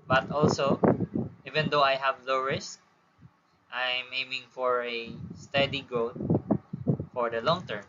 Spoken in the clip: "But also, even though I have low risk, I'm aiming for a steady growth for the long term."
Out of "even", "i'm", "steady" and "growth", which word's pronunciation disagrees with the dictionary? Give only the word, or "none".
growth